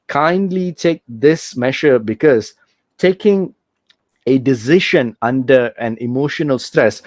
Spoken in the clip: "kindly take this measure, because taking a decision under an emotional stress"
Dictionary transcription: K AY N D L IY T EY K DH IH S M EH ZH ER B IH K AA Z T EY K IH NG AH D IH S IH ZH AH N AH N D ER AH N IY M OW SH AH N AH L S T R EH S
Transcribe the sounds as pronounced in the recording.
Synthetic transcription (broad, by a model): K AY N D L IY T EY K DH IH S M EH SH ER B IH K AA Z T EY K IH NG AH D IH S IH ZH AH N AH N D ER AH N IY M OW SH AH N AH L S T R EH S